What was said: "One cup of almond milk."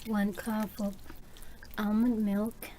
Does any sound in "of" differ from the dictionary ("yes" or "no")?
yes